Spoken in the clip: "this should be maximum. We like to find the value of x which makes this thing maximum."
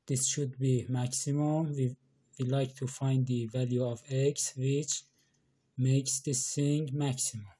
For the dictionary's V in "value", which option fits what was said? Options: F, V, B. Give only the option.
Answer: V